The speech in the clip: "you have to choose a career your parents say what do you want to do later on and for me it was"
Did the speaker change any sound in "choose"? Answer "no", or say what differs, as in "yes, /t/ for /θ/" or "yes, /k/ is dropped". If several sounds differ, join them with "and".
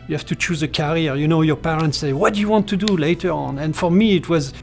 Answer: no